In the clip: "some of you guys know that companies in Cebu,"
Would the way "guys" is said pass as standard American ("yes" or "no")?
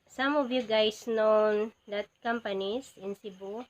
no